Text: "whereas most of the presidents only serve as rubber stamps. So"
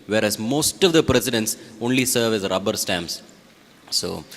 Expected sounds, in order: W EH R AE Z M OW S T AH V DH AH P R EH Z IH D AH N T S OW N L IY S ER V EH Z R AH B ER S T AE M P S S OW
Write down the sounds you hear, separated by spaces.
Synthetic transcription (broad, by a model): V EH R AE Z M OW S T AH V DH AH P R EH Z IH D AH N T S OW N L IY S ER V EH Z R AH B ER S T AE M S S OW